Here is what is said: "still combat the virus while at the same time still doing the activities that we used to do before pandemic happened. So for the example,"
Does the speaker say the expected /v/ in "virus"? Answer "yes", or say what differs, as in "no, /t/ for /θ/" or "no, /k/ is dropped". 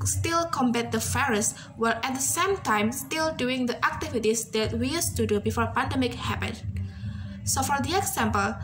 no, /f/ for /v/